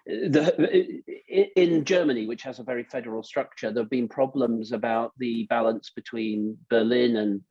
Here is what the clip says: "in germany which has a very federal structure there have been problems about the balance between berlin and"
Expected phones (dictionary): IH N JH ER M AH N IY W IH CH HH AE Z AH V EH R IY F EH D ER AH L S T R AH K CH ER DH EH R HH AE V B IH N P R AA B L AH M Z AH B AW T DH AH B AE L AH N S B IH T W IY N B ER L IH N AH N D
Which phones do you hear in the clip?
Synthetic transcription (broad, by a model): IH N JH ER M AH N IY W IH CH HH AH Z AH V EH R IY F EH D ER AH L S T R AH K CH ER DH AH V B IH N P R AA B L AH M Z AH B AW T DH AH B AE L AH N S B IH T W IY N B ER L IH N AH N